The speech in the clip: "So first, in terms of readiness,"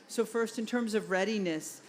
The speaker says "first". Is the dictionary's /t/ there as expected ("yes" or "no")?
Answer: yes